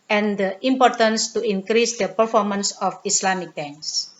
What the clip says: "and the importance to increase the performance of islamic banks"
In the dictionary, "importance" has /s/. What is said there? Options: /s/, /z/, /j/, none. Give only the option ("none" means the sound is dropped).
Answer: /s/